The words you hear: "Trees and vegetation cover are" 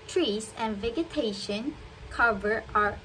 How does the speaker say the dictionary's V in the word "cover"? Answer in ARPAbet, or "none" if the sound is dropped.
V